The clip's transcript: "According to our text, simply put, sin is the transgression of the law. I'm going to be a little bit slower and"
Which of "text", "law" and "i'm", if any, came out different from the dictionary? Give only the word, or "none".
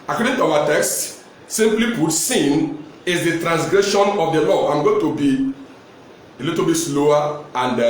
none